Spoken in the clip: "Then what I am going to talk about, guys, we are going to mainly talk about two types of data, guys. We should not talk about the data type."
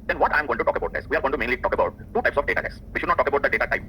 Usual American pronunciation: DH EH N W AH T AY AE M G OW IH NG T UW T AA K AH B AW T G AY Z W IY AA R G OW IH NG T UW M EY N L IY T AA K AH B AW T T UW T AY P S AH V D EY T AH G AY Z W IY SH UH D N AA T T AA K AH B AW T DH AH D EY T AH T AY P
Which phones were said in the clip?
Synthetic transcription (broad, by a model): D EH N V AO T AY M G OW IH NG T UW T AA K AH B AW T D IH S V IY AA R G OW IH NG T UW M EY N L IY T AA K AH B AW T T UW T AY P S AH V D EY T AH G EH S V IY SH UH D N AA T T AA K AH B AW T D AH D EY T AH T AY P